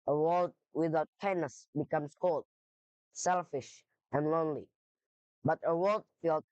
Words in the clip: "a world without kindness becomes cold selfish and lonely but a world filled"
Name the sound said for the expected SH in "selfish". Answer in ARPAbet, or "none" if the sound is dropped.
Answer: SH